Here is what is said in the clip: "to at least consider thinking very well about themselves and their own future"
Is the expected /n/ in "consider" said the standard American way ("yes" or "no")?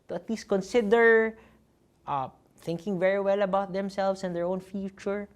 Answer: yes